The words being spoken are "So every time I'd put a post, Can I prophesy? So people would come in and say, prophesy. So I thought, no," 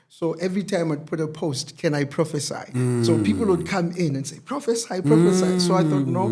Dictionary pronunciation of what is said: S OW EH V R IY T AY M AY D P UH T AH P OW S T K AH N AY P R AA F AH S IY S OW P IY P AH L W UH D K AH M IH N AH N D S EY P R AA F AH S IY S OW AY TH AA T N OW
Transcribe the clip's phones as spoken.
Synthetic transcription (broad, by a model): S OW EH V R IY T AY M AY D P UH T AH P OW S T K AH N AY P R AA F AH S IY S OW P IY P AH L W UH D K AH M IH N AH N S EY P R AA F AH S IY S OW AY TH AA T N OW